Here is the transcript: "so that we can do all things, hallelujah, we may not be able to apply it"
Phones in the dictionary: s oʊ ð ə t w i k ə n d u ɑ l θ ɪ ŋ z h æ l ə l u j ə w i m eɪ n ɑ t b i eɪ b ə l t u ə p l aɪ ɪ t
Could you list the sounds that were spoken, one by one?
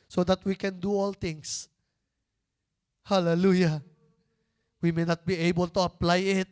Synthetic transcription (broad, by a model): s oʊ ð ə t w i k ə n d u ɑ l t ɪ ŋ s h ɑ l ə l u j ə w i m eɪ n ɑ t b i eɪ b ə l t u ə p l aɪ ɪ t